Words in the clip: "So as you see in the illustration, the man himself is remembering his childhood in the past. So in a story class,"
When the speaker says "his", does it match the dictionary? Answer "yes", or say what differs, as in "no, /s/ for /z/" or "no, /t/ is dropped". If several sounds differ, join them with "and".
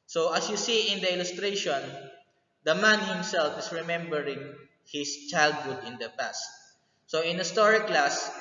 no, /s/ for /z/